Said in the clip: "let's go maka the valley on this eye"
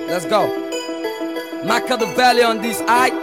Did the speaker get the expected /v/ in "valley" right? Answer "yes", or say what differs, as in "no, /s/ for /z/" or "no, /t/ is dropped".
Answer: no, /b/ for /v/